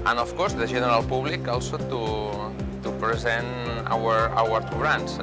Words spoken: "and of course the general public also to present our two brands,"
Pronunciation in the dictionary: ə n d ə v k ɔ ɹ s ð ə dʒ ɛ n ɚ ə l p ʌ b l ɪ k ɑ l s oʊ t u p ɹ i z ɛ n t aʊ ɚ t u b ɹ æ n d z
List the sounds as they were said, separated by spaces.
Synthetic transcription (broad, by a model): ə n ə f k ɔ ɹ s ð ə ʒ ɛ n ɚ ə l p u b l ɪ k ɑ l s oʊ t u p ɹ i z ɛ n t aʊ ɚ t u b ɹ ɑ n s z